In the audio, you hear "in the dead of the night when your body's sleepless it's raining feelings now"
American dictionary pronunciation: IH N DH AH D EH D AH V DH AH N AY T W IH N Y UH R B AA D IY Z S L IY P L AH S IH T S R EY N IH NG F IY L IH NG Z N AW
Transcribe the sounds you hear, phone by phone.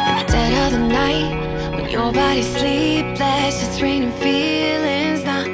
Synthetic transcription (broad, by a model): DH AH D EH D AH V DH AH N AY T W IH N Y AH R B AA D IY S L IY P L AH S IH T R EY N IH NG F IY L IH NG Z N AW